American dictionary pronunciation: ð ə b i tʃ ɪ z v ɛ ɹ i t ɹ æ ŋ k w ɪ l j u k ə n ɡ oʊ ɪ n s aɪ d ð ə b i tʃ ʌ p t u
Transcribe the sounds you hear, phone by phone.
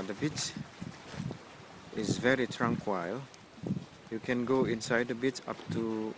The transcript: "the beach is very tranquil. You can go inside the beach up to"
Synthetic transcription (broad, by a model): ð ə b i tʃ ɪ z v ɛ ɹ i t ɹ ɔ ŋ k w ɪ l j u k ə n ɡ oʊ ɪ n s aɪ d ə b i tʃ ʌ p t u